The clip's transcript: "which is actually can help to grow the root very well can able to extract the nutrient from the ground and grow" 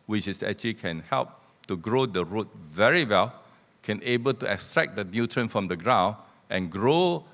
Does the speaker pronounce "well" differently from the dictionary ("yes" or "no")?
no